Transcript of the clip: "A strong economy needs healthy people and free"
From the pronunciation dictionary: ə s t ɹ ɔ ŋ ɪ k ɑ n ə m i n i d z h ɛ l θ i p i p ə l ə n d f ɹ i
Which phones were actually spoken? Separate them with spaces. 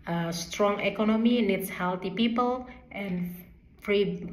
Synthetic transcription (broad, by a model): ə s t ɹ ɔ ŋ ɪ k ɑ n ə m i n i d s h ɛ l t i p i p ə l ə n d f ɹ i